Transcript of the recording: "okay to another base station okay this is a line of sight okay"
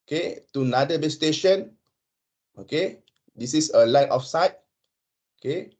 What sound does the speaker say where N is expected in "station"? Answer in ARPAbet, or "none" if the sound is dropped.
N